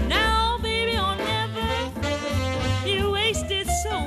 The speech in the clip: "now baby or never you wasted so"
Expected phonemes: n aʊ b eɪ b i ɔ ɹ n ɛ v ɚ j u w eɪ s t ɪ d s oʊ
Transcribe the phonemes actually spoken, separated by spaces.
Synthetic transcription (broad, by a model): n aʊ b eɪ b i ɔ l n ɛ v ɚ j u w eɪ s t ɪ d s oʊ